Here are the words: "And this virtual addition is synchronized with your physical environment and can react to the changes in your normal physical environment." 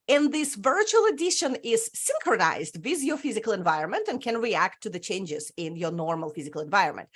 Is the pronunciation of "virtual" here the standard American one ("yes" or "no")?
yes